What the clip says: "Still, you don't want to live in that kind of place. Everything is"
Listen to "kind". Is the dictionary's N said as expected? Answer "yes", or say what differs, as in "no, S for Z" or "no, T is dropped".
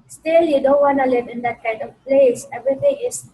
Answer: no, N is dropped